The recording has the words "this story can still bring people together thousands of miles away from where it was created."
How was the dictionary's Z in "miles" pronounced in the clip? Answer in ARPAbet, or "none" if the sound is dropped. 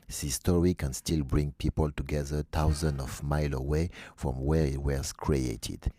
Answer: none